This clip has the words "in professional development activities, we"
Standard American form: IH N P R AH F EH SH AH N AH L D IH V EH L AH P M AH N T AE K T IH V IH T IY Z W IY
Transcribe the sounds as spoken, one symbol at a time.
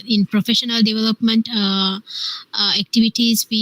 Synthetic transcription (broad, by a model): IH N P R AH F EH SH AH N AH L D IH V EH L AH P M AH N T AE K T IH V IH T IY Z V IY